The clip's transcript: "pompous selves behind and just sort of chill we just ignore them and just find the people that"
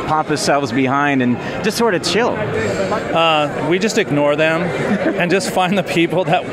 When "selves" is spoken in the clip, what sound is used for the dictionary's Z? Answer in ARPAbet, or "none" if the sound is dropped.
Z